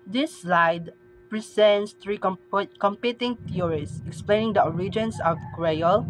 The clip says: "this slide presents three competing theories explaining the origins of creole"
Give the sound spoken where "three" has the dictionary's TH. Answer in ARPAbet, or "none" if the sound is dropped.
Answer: T